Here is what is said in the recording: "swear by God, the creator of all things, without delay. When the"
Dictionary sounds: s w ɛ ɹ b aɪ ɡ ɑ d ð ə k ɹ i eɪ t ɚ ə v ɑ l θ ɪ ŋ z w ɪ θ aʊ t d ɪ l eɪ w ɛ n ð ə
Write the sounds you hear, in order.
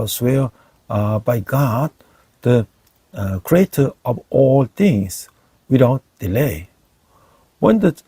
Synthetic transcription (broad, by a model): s w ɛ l b aɪ ɡ ɑ d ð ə k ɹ i eɪ t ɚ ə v ɑ l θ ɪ ŋ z w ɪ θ aʊ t d ɪ l eɪ w ɛ n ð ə